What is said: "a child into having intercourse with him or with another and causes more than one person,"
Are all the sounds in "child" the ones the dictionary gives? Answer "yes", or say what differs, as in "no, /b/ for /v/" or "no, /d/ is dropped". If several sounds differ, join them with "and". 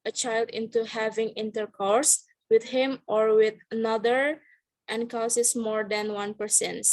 yes